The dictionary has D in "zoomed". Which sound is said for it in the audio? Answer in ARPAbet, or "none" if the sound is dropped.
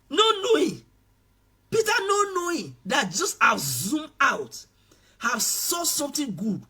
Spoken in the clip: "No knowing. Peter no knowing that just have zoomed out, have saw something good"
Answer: none